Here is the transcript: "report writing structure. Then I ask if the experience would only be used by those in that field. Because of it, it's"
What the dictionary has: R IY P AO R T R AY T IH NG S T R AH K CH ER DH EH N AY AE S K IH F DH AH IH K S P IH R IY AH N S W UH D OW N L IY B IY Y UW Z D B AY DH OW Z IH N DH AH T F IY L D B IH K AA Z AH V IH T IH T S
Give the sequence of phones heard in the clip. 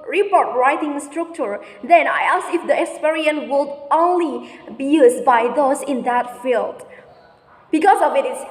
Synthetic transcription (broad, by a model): R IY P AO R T R AY T IH NG S T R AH K CH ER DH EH N AY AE S IH F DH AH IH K S P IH R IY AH N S W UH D OW N L IY B IY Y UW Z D B AY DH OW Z IH N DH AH T F IY L D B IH K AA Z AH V IH T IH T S